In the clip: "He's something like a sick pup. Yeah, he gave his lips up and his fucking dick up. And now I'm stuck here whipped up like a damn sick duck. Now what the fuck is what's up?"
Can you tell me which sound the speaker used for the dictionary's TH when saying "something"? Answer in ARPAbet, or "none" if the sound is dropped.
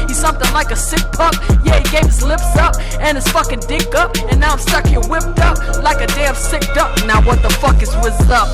TH